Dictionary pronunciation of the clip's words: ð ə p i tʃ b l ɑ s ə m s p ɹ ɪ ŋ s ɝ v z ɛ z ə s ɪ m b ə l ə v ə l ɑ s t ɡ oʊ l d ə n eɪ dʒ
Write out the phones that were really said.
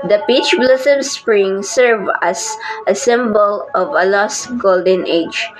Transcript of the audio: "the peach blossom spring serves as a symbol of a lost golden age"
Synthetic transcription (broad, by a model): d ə p i tʃ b l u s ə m s p ɹ ɪ ŋ s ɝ v ɑ s ə s ɪ m b ə l ə v ə l ɑ s t ɡ oʊ l d ə n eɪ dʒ